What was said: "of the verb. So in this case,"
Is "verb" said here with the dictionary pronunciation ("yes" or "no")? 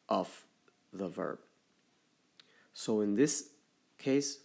yes